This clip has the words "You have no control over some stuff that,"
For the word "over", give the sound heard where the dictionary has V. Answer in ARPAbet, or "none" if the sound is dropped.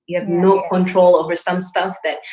V